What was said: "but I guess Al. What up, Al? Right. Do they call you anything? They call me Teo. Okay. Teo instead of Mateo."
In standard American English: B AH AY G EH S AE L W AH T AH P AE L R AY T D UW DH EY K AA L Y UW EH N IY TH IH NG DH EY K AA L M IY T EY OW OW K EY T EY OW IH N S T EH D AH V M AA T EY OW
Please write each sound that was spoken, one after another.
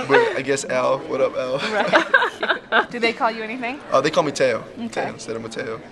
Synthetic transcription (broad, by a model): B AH AY G EH S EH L W AH T AH P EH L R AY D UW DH EY K AA L Y UW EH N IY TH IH NG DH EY K AA L M IY T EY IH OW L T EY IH S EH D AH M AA T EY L